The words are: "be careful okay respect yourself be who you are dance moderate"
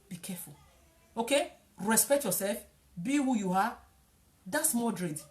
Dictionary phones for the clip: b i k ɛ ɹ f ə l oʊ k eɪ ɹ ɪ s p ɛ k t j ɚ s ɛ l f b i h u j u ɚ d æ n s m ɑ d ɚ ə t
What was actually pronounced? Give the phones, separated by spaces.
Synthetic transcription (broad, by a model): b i k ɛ f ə l oʊ k eɪ ɹ ɪ s p ɛ k t j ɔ s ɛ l f b i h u j u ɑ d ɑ s m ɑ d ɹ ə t